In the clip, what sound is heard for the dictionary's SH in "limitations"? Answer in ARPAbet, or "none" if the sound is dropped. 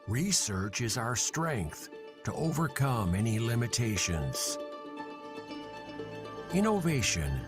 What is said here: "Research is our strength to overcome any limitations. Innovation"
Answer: SH